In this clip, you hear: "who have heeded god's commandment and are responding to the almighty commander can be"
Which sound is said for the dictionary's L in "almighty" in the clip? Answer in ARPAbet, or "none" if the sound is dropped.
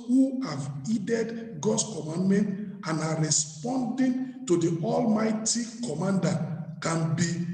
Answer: L